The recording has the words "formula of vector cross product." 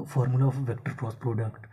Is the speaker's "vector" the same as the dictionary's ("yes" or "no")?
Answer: yes